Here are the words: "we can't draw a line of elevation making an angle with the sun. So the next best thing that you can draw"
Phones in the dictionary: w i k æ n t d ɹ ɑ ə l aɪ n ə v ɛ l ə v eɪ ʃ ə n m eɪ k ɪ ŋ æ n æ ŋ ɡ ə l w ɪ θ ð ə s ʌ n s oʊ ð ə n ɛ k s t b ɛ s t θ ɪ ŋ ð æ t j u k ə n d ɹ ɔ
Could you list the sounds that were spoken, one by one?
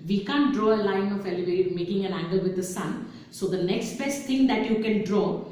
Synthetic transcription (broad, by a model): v i k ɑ n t d ɹ ɑ ə l aɪ n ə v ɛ l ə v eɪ ə m eɪ k ɪ ŋ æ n æ ŋ ɡ ə l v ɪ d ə s ʌ n s oʊ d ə n ɛ k s t b ɛ s t t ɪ ŋ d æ t j u k ə n d ɹ ɔ